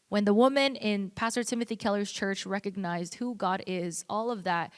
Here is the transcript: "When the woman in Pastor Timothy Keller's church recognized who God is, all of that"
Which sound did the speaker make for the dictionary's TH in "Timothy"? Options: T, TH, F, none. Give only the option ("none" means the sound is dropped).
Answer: TH